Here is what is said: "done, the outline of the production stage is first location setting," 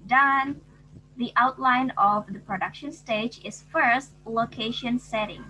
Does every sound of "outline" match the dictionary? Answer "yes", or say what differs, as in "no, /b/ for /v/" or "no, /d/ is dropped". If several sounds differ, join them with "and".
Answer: yes